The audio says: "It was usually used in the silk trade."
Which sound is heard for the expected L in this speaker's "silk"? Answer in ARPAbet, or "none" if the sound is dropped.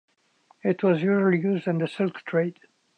L